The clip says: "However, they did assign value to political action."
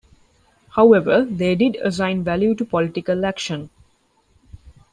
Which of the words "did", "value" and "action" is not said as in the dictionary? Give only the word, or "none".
none